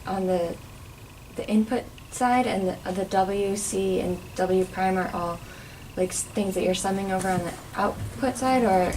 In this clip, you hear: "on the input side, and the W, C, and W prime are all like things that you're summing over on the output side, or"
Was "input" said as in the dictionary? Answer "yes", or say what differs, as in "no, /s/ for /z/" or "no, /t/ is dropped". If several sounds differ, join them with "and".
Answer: yes